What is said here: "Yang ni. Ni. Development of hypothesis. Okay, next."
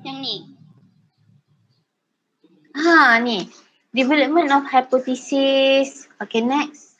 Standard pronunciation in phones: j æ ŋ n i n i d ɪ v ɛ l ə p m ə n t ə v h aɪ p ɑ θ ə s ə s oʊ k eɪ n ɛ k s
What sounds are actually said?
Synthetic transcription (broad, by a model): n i n i d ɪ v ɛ l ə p m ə n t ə f h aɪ p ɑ t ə s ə s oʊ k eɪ n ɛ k s